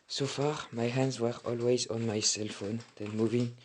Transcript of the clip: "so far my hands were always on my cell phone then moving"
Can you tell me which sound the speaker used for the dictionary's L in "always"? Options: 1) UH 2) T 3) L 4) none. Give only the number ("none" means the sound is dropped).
3